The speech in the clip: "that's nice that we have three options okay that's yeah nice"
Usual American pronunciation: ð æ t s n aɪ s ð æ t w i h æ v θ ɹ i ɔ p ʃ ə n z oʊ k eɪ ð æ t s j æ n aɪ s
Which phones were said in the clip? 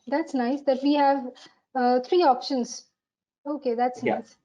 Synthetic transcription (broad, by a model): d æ t s n aɪ s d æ t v i h æ v t ɹ i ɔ p ʃ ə n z oʊ k eɪ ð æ t s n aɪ s